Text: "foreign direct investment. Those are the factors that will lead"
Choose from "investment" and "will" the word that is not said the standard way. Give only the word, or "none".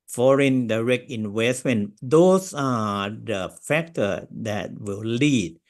investment